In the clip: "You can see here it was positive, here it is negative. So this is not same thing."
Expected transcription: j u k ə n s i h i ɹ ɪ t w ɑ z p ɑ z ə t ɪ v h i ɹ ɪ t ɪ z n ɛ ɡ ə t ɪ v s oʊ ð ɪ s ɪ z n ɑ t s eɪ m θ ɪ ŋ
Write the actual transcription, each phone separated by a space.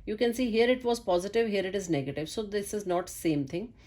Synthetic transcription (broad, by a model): j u k ə n s i h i ɹ ɪ t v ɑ z p ɑ z ə t ɪ v h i ɹ ɪ t ɪ z n ɛ ɡ ə t ɪ v s oʊ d ɪ s ɪ z n ɑ t s eɪ m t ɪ ŋ